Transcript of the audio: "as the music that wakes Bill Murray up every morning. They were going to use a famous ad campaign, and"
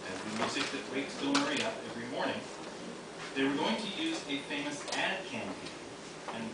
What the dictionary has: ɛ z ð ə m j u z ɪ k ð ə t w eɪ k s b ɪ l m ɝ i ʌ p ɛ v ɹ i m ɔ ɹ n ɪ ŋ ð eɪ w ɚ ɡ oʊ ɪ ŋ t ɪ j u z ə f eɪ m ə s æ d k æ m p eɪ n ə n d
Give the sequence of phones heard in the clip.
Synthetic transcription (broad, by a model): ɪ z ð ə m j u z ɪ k ð ə t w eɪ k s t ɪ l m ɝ i ʌ p ɛ v ɹ i m ɔ ɹ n ɪ ŋ ð eɪ w ɚ ɡ oʊ ɪ ŋ t ɪ j u z ə f eɪ m ə s æ d k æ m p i ə n